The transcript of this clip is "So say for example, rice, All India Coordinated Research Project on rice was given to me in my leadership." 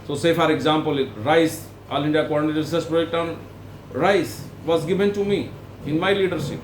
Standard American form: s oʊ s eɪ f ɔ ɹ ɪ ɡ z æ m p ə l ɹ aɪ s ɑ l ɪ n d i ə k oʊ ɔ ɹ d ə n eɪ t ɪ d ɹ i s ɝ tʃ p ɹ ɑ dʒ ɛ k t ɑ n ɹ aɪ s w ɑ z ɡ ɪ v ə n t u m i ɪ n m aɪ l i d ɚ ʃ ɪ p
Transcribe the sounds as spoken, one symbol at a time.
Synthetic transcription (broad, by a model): s oʊ s eɪ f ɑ ɹ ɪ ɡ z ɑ m p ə l ɹ aɪ s ɑ l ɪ n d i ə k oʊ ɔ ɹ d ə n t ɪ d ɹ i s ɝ s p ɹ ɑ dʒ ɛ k t ɑ n ɹ aɪ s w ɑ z ɡ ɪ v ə n t u m i ɪ n m aɪ l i d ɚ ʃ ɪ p